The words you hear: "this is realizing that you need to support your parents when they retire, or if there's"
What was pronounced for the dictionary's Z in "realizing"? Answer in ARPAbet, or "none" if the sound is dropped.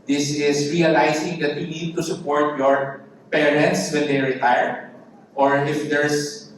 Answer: S